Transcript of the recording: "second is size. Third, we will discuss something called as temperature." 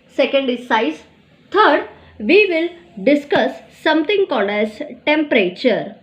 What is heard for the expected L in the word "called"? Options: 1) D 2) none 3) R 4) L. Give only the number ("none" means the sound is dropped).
4